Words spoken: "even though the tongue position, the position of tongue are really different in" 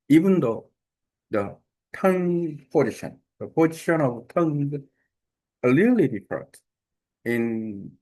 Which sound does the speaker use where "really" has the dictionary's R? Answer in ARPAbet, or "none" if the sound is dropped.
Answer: L